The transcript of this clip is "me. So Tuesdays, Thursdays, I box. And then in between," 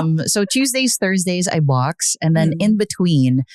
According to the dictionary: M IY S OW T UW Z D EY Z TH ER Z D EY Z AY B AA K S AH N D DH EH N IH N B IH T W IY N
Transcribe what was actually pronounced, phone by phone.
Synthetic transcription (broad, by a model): M S OW T UW Z D EY Z TH ER Z D EY Z AY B AA K S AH N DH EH N IH N B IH T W IY N